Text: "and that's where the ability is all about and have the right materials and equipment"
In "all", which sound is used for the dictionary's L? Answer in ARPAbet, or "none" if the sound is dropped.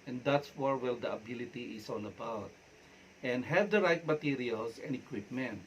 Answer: N